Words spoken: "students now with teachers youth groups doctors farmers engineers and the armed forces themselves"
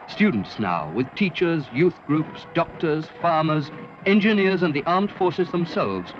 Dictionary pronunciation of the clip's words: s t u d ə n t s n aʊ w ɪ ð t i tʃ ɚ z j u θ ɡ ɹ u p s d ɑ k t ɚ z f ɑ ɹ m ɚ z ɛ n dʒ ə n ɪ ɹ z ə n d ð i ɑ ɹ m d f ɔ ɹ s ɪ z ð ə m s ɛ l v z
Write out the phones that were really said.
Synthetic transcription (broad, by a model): s t u d n t s n aʊ w ɪ ð t i tʃ ɚ z j u θ ɡ ɹ u p s d ɑ k t ɚ z f ɑ ɹ m ɚ z ɛ n dʒ ə n ɪ ɹ z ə n ð i ɑ ɹ m d f ɔ ɹ s ɪ z ð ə m s ɛ l v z